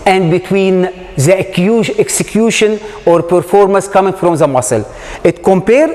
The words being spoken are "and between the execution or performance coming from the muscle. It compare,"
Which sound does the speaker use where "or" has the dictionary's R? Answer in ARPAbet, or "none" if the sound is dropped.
R